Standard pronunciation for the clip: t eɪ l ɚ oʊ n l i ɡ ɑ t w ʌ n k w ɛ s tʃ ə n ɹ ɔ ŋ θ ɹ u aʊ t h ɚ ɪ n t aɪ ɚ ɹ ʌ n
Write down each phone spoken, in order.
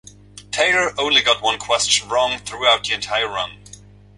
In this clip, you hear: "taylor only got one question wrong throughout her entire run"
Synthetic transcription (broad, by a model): t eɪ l ɚ oʊ n l i ɡ ɑ t w ʌ n k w ɛ s tʃ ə n ɹ ɔ ŋ θ ɹ u aʊ t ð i ɪ n t aɪ ɚ ɹ ʌ n